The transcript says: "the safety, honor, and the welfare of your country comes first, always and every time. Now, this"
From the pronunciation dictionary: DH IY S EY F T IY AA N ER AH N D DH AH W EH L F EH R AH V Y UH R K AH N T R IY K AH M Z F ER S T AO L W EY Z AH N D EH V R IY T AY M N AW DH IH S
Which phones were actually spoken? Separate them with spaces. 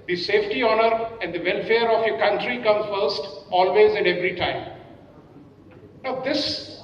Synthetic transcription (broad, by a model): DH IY S EY F T IY AA N ER AH N D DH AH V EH L F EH R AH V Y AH K AH N T R IY K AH M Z F ER S T AO L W EY Z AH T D EH V R IY T AY M N AW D IH S